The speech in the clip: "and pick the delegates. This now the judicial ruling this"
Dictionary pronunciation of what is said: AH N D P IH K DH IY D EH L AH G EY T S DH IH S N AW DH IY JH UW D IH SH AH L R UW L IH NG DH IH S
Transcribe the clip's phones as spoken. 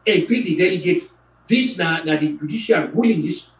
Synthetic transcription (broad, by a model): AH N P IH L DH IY D EH L AH G EY T S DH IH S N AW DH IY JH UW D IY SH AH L W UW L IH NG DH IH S